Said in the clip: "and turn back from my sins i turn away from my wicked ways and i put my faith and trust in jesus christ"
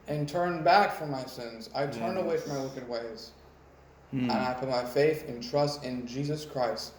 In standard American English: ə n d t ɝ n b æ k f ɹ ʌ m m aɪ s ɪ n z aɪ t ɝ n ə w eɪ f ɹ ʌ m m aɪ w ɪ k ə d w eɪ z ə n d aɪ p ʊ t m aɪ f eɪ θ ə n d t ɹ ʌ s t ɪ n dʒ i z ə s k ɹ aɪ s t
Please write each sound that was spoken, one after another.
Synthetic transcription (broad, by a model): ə n t ɝ n b æ k f ɹ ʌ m m aɪ s ɪ n z aɪ t ɝ n ə w eɪ f ɹ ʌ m m aɪ w ɪ k ə d w eɪ z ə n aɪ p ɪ m aɪ f eɪ θ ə n t ɹ ʌ s t ɪ n dʒ i z ə s k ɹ aɪ s t